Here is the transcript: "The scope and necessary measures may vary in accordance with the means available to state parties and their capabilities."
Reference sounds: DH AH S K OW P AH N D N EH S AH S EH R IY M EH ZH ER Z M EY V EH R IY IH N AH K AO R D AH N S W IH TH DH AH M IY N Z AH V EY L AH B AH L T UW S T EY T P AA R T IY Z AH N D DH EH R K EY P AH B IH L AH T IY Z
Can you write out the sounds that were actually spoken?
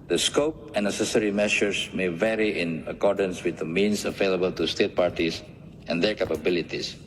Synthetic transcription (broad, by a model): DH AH S K OW P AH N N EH S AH S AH R IY M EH SH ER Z M EY V EH R IY IH N AH K AO R D AH N S W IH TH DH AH M IY N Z AH V EY L AH B AH L T UW S T EY T P AA R T IY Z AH N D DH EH R K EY P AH B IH L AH T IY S